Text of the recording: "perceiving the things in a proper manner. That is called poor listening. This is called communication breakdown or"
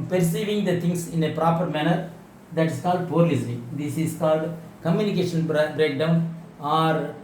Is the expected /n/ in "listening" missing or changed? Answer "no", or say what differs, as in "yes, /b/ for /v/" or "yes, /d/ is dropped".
yes, /n/ is dropped